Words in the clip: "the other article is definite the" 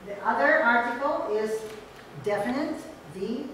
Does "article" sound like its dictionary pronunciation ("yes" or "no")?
yes